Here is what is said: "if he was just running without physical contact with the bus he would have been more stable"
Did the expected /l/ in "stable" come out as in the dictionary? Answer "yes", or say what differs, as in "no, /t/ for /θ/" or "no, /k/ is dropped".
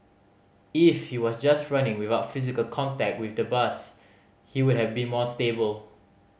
yes